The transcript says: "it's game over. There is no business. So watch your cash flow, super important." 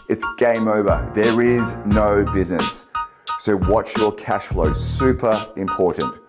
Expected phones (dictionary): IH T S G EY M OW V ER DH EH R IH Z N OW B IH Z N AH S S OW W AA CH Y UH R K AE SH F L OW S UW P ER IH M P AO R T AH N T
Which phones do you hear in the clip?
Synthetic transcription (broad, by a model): IH T S G EY M OW V ER DH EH R IH Z N OW B IH Z N AH S S OW W AA CH Y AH R K AE SH F L OW S UW P ER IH M P AO R T N T